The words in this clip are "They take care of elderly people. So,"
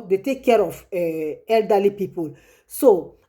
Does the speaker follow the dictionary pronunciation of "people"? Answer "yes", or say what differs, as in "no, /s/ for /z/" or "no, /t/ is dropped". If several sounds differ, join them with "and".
yes